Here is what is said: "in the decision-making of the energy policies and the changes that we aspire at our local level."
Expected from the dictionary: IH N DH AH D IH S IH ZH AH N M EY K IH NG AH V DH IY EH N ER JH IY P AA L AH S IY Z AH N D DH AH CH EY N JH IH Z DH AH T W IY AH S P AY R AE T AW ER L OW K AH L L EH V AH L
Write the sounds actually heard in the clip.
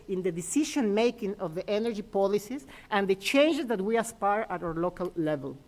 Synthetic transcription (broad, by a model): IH N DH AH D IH S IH SH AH N M EY K IH NG AH V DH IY EH N ER JH IY P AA L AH S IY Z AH N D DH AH CH EY N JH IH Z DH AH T W IY AH S P AY R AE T AW ER L OW K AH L L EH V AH L